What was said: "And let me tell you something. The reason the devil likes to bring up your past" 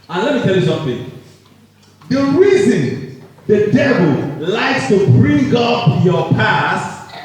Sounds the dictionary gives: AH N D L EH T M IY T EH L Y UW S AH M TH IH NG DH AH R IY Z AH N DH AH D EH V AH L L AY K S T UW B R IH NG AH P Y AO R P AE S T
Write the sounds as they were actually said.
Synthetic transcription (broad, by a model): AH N L EH T M IY T EH L Y UW S AH M TH IH NG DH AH R IY Z AH N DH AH D EH V AH L L AY K S T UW B R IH NG AH P Y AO P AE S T